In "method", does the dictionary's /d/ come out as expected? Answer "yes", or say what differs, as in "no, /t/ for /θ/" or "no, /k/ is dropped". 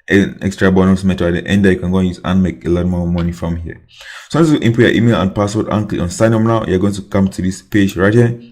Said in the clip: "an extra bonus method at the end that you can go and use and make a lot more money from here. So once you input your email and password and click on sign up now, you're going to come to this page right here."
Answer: no, /d/ is dropped